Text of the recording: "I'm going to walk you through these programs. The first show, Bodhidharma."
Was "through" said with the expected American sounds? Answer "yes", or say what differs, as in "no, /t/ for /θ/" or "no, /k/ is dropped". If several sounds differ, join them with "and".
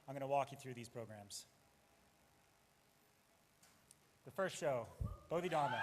yes